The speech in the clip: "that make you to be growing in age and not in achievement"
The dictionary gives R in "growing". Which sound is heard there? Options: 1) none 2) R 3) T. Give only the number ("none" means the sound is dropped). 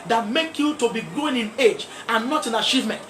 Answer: 1